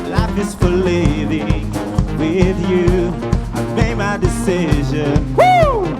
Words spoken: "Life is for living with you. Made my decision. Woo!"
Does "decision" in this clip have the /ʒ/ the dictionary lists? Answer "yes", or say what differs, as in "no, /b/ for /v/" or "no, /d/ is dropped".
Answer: yes